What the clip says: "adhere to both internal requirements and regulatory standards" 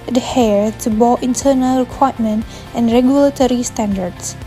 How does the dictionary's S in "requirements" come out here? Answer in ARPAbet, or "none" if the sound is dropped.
none